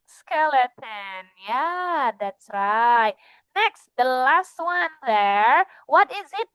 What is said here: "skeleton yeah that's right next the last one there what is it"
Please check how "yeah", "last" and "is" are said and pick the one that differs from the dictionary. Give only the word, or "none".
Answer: none